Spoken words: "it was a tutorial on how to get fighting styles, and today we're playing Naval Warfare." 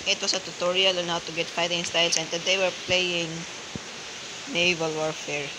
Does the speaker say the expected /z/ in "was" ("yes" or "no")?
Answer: no